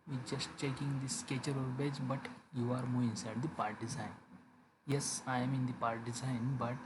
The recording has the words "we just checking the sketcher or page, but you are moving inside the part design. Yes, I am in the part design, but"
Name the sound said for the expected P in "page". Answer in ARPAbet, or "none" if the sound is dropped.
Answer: B